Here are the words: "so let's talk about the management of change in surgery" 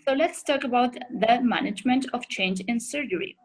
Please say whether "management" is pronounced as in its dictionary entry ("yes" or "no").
yes